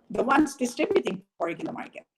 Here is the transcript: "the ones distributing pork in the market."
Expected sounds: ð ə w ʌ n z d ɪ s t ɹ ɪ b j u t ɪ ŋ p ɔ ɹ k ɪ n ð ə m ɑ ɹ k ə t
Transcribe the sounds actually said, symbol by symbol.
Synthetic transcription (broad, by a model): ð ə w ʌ n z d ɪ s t ɪ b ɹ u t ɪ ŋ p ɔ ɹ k ɪ n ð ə m ɑ ɹ k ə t